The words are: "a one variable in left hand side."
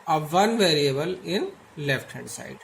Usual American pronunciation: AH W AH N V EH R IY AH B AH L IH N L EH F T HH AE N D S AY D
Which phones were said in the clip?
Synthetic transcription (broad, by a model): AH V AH N V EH R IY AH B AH L IH N L EH F T HH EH D S AY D